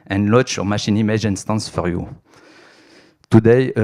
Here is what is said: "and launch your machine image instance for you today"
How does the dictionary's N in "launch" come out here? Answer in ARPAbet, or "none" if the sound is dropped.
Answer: none